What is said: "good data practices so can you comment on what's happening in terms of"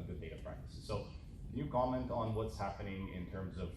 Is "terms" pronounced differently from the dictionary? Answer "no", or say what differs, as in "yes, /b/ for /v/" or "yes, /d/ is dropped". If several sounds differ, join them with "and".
no